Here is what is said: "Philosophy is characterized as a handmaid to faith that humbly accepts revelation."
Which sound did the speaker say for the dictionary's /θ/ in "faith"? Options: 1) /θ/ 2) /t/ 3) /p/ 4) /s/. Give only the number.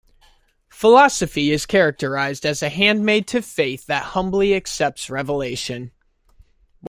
1